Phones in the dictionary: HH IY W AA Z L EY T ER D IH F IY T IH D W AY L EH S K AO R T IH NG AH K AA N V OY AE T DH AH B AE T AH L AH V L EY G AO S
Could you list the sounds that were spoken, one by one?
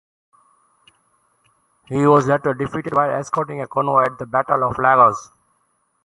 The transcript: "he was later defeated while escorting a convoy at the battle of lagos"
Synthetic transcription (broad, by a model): HH IY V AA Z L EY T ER D IH F IY T IH D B AY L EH S K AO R T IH NG AH K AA N OY AE T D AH B AE T AH L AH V L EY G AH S